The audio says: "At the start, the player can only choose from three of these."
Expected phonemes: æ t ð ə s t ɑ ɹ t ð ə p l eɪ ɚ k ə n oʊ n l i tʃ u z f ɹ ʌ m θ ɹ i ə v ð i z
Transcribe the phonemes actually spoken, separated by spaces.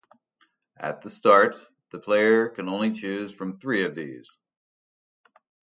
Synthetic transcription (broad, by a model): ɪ t ð ə s t ɑ ɹ t ð ə p l eɪ ɚ k ə n oʊ n l i tʃ u z f ɹ ʌ m θ ɹ i ə v ð i z